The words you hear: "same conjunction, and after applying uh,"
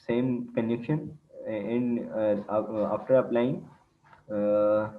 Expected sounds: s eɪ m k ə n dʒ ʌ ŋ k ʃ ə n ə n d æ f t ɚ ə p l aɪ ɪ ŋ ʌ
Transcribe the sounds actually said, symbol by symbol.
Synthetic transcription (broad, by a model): s eɪ m k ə n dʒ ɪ k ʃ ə n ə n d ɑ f t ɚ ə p l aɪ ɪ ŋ